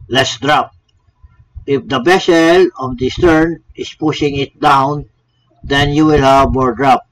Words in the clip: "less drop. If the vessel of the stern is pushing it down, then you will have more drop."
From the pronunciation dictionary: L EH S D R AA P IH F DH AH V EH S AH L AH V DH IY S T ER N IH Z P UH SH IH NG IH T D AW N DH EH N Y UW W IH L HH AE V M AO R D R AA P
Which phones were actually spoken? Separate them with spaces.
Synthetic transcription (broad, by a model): L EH S D R AA P IH F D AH B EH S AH L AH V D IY S T ER N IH S P UH SH IH NG IH T D AW N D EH N Y UW W IH L HH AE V M AO R D R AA P